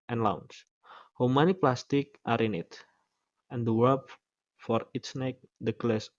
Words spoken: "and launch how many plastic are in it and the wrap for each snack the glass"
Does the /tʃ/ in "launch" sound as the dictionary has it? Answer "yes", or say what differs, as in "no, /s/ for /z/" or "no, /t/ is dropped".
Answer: no, /s/ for /tʃ/